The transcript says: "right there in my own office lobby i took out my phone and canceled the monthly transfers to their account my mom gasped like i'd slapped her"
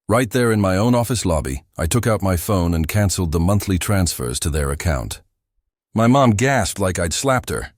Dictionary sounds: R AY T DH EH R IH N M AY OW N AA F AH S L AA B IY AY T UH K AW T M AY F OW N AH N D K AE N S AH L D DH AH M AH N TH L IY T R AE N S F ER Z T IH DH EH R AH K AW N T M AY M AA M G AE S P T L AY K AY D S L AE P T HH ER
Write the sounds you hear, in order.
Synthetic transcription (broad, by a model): R AY T DH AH R IH N M AY OW N AA F AH S L AA B IY AY T UH K AW T M AY F OW N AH N K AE N S L D DH AH M AH N TH L IY T R AE N S F ER Z T IH DH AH R AH K AW N T M AY M AA M G AE S P T L AY K AY D S L AE P T HH ER